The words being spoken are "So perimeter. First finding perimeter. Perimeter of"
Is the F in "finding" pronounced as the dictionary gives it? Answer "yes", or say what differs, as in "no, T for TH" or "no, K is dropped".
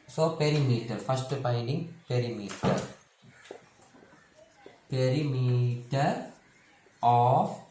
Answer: no, P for F